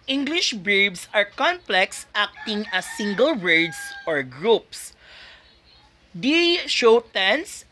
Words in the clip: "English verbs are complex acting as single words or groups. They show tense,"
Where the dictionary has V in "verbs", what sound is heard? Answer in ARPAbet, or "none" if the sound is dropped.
B